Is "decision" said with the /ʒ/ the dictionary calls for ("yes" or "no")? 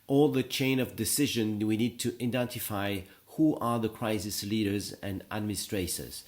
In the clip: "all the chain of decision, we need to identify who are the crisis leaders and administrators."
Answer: yes